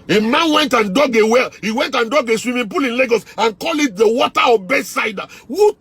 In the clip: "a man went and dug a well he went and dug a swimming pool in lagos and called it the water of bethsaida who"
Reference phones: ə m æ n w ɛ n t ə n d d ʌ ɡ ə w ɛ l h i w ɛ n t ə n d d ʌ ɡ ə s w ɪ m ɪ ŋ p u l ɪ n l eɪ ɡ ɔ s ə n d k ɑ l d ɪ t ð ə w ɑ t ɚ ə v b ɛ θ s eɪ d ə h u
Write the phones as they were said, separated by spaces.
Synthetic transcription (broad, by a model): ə m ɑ n w ɛ n t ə n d d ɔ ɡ ə w ɛ l h i w ɛ n t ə n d d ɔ ɡ ə s w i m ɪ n p u l ɪ n l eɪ ɡ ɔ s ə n k ɑ l ɪ t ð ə w ɑ t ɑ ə b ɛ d s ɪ d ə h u